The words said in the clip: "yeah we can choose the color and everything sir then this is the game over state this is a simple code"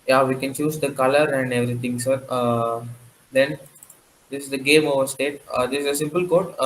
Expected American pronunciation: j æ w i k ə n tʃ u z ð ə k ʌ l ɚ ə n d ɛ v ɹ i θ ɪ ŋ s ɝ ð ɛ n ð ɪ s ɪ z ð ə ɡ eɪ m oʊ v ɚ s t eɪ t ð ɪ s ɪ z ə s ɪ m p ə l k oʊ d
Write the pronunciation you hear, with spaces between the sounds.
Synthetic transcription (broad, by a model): j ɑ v i k ə n tʃ u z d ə k ʌ l ɚ ə n d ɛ v ɹ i t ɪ ŋ s ɝ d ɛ n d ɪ s ɪ z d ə ɡ eɪ m oʊ v ɚ s t eɪ t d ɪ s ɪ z ə s ɪ m p ə l k oʊ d